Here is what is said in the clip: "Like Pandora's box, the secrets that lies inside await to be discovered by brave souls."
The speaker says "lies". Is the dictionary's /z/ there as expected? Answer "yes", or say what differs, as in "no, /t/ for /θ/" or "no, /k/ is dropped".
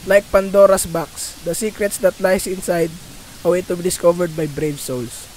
no, /s/ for /z/